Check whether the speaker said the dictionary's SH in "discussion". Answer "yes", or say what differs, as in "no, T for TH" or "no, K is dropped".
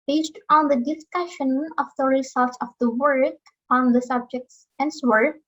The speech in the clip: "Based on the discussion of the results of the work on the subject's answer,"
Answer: yes